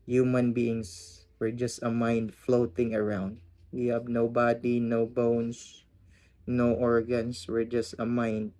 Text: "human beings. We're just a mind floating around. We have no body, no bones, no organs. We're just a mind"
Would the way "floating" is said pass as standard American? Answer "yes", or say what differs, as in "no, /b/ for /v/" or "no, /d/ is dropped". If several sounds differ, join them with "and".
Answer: yes